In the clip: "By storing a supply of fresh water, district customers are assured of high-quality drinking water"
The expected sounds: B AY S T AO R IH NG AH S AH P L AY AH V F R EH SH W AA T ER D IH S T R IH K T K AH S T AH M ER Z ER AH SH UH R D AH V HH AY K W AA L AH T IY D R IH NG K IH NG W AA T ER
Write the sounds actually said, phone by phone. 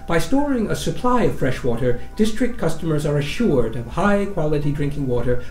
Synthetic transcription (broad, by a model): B AY S T AO R IH NG AH S AH P L AY AH V F R EH SH W AA T ER D IH S T R IH K T K AH S T AH M ER Z ER AH SH UH R D AH V HH AY K W AA L AH T IY D R IH NG K IH NG W AA T ER